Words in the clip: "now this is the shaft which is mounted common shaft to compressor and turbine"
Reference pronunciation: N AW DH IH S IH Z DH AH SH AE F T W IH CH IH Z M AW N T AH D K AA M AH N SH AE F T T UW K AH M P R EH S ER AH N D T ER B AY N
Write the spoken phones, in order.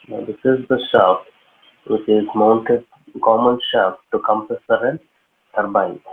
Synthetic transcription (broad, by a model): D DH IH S IH Z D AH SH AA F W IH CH IH Z M AW N T AH D K AA M AH N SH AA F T T UW K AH M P EH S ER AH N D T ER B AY